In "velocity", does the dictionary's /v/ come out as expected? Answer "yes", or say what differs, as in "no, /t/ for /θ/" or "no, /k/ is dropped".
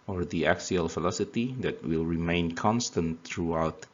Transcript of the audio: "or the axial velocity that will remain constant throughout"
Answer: no, /f/ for /v/